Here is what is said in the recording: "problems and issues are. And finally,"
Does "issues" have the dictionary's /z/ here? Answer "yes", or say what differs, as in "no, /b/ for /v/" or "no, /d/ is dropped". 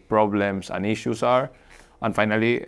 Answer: no, /s/ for /z/